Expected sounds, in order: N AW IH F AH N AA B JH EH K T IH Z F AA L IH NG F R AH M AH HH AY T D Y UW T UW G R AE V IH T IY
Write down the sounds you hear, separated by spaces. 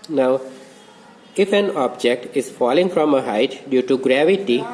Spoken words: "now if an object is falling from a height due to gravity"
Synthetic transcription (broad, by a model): N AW IH F AH N AA B JH EH K T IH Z F AA L IH NG F R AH M AH HH AY T D Y UW T UW G R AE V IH T IY